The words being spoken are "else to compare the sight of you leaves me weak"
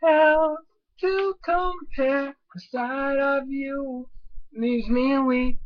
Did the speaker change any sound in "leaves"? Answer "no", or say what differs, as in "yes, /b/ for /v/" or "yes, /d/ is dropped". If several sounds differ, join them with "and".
yes, /v/ is dropped